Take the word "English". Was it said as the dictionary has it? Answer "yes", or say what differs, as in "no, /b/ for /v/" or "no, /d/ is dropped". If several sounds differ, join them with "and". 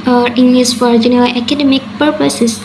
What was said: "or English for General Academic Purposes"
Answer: no, /s/ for /ʃ/